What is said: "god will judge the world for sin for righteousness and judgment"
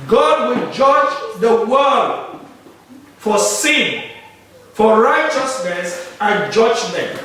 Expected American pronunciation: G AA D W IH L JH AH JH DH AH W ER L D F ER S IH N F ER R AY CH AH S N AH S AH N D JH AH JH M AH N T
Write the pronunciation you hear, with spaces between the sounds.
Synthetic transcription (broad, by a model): G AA D W IH L JH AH JH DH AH W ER D F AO S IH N F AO R AY CH AH S N AH S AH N JH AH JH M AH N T